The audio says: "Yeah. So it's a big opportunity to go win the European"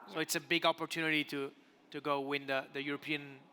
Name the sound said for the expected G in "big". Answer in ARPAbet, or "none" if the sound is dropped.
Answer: G